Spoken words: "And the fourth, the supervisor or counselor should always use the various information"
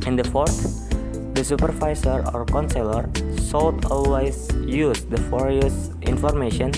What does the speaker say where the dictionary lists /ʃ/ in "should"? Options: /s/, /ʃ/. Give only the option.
/s/